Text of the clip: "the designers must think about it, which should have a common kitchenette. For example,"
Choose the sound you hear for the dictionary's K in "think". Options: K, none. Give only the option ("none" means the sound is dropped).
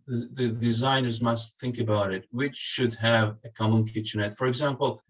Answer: K